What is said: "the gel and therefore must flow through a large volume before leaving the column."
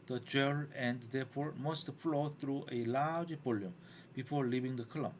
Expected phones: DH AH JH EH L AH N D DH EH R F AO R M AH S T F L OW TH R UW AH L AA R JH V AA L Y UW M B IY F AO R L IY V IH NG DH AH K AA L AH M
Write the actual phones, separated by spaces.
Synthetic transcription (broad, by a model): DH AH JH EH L AH N D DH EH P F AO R M AH S T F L OW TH R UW AH L AA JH B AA L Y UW M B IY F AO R L IY V IH NG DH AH K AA L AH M